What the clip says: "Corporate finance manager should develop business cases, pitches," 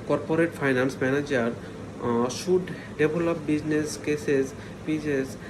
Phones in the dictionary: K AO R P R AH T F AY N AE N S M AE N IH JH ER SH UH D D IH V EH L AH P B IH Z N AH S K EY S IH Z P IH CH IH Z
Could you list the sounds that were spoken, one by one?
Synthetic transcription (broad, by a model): K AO R P R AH T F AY N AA N S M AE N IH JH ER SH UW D D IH B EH L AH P B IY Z N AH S K EY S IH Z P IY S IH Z